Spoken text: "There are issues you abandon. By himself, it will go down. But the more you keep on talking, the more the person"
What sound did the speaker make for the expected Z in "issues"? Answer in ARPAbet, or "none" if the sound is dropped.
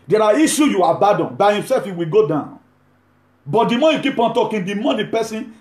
none